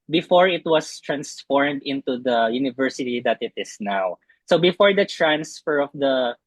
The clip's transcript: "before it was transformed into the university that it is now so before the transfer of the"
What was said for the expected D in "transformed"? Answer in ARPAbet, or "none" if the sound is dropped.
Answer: D